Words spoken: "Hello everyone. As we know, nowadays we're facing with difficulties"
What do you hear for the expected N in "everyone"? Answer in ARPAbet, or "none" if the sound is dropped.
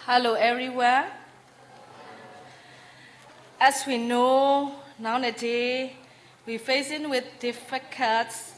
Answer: none